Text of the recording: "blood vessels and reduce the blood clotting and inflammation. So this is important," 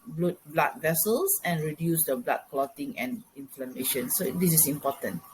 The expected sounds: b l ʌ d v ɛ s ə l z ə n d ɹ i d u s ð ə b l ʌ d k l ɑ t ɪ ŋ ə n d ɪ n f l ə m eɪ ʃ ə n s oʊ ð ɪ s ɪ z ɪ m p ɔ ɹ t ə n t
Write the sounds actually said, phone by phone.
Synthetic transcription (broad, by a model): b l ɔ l v ɛ s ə l s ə n ɹ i d u s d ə b l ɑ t k l ɑ t ɪ ŋ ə n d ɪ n f l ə m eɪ ʃ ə n s oʊ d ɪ s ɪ s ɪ m p ɔ t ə n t